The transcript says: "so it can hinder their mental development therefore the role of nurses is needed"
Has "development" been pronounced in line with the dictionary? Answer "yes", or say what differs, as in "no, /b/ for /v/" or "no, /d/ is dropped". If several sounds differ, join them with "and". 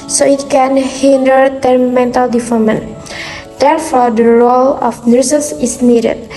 no, /p/ is dropped